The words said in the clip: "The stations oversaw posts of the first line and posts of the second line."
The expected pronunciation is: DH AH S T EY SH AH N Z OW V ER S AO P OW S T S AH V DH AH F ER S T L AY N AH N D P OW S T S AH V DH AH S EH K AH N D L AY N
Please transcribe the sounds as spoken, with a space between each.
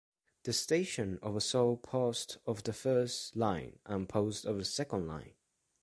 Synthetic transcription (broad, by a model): DH AH S T EY SH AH N OW V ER S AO P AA S T AH V DH AH F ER S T L AY N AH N P OW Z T AH V DH AH S EH K AH N D L AY N